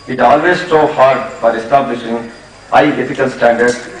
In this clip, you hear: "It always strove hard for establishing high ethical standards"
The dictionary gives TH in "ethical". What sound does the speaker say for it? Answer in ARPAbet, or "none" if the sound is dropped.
F